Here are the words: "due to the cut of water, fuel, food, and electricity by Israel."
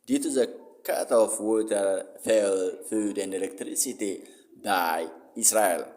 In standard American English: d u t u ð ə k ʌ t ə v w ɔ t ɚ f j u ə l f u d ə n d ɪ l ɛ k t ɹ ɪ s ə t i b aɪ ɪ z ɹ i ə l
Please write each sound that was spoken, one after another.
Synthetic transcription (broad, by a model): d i t u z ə k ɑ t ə f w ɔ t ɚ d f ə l f u d ə n d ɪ l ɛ k t ɹ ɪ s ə t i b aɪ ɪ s ɹ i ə l